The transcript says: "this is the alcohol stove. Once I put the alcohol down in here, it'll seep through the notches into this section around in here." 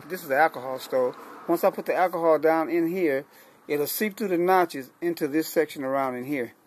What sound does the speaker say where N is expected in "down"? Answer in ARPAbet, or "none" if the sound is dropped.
N